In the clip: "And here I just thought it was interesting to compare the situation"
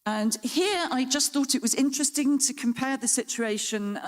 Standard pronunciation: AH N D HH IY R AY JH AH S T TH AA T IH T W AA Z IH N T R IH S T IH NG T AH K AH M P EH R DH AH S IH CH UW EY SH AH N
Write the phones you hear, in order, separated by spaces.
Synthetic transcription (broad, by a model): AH N HH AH R AY JH AH S TH AA T IH T W AA Z IH N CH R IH S T IH NG T AH K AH M P EH DH AH S IH CH UW EY SH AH N